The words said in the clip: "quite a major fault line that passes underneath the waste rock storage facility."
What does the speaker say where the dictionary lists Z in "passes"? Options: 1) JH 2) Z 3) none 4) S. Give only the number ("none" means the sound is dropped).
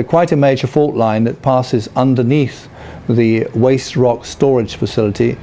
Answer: 2